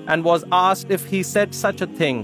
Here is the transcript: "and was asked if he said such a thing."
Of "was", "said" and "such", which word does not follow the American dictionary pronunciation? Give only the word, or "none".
none